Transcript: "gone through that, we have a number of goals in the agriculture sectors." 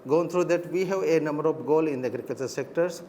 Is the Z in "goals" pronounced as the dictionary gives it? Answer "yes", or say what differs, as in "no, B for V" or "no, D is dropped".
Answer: no, Z is dropped